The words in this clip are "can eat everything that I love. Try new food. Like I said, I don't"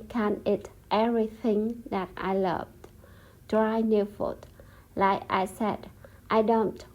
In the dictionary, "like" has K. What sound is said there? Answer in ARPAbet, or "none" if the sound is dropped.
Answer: K